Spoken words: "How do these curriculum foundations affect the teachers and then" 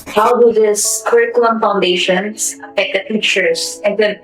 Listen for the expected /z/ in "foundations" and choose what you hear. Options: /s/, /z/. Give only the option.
/s/